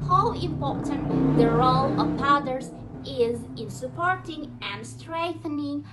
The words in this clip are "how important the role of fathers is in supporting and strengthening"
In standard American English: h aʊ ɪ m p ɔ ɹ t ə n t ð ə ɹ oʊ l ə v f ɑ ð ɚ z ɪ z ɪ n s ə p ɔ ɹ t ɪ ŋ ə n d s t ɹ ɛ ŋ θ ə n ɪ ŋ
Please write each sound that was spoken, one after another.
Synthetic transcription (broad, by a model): h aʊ ɪ m p ɔ ɹ t ə n t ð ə ɹ oʊ l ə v p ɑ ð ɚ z ɪ z ɪ n s ə p ɔ ɹ t ɪ ŋ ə n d s t ɹ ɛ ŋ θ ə n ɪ ŋ